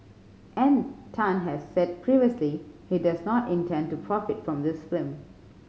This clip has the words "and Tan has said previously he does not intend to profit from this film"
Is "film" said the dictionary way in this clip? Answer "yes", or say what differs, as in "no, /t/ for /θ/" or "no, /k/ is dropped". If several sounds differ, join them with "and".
no, /l/ is dropped